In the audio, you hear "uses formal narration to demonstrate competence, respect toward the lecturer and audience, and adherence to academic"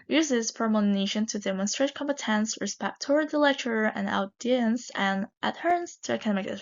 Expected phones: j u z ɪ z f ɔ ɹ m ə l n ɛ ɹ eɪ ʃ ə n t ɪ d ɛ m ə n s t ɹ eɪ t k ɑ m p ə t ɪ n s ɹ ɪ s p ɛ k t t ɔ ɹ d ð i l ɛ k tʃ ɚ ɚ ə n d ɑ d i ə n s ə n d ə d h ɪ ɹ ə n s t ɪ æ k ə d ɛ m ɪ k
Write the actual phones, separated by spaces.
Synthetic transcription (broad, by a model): j u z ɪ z p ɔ ɹ m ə n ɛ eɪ ʃ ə n t ɪ d ɛ m ə n s t ɹ eɪ t k ɑ m p ə t ɪ n s ɹ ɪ s p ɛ k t t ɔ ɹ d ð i l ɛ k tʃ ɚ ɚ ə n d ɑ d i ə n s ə n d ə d h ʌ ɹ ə n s t ɪ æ k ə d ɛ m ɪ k